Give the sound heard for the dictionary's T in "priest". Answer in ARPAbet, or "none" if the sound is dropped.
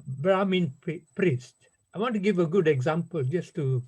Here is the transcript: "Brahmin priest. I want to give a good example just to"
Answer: T